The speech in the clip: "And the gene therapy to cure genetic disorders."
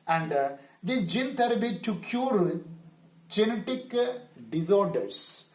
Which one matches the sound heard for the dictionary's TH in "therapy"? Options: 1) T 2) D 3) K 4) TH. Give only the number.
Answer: 1